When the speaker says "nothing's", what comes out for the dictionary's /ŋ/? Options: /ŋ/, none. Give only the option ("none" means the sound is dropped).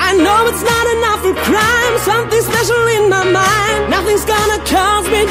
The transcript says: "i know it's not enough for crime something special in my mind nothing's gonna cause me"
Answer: /ŋ/